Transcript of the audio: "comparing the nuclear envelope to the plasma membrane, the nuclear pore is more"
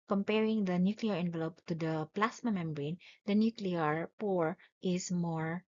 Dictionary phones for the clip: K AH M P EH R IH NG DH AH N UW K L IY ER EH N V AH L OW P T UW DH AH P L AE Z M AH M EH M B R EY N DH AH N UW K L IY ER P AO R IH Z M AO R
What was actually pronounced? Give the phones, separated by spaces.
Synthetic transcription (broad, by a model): K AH M P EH R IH NG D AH N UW K L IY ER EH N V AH L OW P T UW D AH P L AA S M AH M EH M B R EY N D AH N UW K L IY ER P AO R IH S M AO R